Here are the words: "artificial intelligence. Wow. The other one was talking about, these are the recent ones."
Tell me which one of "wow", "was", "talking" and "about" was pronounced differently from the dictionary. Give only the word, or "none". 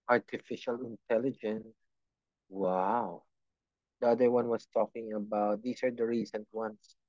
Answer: was